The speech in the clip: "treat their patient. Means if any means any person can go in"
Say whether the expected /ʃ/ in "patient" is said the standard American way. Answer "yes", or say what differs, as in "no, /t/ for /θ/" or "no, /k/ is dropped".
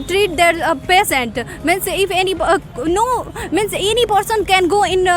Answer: no, /s/ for /ʃ/